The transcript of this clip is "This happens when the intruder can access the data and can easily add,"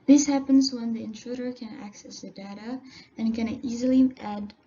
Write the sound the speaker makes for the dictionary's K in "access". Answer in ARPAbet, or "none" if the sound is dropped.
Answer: K